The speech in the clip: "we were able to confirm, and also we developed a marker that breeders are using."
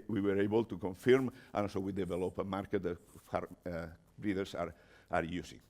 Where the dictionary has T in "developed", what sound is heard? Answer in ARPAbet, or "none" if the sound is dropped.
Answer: none